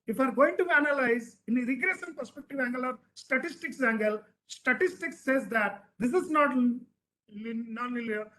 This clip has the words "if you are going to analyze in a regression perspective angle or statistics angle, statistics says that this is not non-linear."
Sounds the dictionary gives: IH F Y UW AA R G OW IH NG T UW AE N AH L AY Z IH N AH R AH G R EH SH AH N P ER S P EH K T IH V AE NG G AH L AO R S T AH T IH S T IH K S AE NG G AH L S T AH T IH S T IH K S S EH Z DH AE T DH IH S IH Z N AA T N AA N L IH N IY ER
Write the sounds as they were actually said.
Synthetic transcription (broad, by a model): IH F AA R G OW IH NG T UW AE N AH L AY Z IH N AH R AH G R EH S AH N P ER S P EH K T IH V AE NG G AH L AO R S T AH T IH S T IH K S AE NG G AH L S T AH T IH S T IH K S S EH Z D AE T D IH S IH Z N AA T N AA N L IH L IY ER